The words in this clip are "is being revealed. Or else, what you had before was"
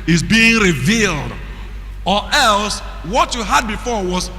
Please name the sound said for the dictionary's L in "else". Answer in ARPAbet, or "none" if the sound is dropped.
L